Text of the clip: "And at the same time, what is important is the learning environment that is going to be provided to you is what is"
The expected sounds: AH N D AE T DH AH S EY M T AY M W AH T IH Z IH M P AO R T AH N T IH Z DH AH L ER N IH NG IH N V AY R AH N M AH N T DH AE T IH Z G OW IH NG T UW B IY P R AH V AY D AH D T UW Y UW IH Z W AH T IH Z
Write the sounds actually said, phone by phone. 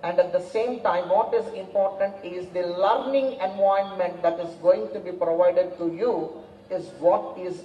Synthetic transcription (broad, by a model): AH N D AE T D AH S EY M T AY M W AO T IH Z IH M P AO R T AH N T IH Z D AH L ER N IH NG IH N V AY AH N M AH N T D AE T IH Z G OW IH NG T UW B IY P R AH V AY D AH D T UW Y UW IH Z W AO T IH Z